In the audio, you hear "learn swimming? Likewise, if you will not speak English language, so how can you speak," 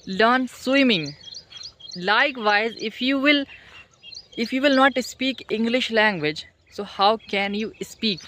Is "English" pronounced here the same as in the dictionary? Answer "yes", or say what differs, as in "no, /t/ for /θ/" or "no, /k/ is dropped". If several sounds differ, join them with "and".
yes